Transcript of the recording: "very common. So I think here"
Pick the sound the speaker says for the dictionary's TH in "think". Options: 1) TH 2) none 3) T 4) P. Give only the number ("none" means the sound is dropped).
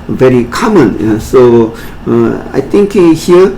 3